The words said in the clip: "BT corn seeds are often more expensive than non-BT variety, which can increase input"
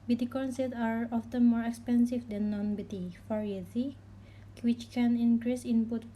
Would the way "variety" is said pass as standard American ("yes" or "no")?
no